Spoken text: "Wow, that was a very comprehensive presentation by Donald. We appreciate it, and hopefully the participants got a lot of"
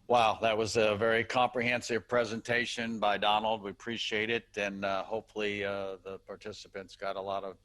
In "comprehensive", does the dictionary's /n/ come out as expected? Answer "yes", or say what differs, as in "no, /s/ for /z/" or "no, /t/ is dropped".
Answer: yes